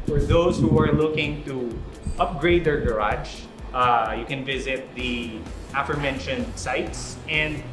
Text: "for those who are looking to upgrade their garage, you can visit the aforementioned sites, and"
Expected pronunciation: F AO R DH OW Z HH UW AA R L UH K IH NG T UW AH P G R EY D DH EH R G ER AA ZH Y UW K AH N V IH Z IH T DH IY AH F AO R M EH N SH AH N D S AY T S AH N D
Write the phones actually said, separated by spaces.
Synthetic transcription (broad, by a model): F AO R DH OW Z HH UW AA R L UH K IH NG T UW AH P G R EY D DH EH R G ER AA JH Y UW K AH N V IH Z IH T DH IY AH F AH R M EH N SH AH N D S AY T S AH N D